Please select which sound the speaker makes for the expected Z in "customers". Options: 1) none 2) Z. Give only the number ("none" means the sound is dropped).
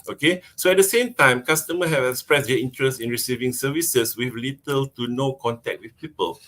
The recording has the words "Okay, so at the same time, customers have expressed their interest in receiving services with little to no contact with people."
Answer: 1